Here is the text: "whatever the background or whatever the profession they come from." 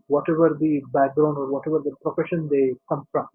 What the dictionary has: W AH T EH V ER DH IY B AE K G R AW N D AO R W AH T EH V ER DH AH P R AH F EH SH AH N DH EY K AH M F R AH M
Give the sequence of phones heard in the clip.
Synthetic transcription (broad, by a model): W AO T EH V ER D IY B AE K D R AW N AO R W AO T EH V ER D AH P R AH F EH SH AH N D EY K AH M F R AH M